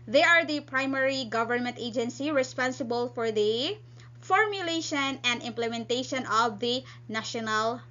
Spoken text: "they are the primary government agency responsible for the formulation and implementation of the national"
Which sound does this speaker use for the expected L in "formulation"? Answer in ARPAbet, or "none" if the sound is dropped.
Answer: L